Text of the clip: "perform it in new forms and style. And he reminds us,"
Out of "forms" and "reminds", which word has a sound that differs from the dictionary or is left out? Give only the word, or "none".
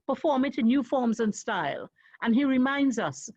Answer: none